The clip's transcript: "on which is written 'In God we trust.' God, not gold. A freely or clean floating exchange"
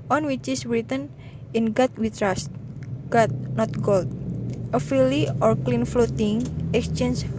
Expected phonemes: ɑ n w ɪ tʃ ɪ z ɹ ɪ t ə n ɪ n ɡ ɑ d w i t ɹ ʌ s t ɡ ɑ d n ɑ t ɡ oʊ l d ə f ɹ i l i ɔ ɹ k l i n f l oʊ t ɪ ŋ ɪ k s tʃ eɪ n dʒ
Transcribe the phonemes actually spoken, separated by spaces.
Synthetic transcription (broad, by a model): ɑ n w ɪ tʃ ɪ s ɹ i t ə n ɪ n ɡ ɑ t w i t ɹ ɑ s t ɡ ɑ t n ɑ t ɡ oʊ l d ə f i l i ɔ ɹ k l i n f l oʊ t ɪ ŋ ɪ k s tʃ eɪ n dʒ